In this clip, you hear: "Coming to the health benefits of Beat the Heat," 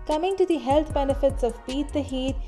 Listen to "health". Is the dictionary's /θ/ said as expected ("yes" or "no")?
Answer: no